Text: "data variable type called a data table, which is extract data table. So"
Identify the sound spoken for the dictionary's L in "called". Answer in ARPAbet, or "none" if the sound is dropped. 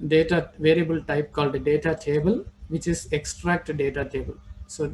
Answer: L